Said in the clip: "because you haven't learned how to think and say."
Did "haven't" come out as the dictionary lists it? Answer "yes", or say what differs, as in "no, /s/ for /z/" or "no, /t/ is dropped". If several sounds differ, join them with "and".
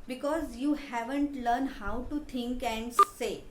yes